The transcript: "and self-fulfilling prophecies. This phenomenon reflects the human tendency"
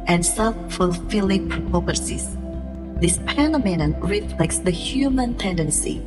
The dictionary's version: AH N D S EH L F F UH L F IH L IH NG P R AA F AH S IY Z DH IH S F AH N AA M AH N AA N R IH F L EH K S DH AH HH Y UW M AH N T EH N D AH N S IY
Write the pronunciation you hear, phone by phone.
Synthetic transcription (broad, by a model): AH N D S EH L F F UH L F IH L IH NG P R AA P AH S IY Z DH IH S P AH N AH M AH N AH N R IH F L EH K S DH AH HH Y UW M AH N T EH N D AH N S IY